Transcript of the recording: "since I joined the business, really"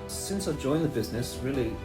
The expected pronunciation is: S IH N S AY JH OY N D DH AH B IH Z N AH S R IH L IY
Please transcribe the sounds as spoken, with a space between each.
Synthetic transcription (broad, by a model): S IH N S AY JH OY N DH AH B IH Z N AH S R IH L IY